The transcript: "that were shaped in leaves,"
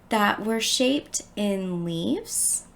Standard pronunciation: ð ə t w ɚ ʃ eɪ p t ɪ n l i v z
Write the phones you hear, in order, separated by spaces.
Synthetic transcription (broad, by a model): ð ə t w ɚ ʃ eɪ p t ɪ n l i v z